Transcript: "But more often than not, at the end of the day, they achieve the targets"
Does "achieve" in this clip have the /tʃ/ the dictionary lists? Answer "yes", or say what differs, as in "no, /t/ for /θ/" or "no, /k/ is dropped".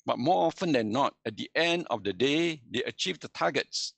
yes